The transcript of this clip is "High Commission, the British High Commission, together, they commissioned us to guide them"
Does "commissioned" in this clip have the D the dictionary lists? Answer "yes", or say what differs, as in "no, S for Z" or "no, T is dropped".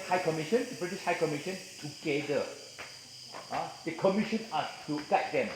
no, D is dropped